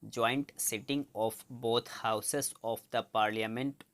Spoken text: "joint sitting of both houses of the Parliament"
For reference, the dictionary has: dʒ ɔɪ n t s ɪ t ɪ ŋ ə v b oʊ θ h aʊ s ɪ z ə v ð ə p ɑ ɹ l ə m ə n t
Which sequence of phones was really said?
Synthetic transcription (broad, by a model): dʒ ɔɪ n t s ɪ t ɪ ŋ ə f b oʊ t h aʊ s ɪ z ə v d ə p ɑ ɹ l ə m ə n t